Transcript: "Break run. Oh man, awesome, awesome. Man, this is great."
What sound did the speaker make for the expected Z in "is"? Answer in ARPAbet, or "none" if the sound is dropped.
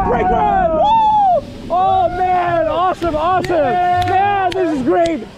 Z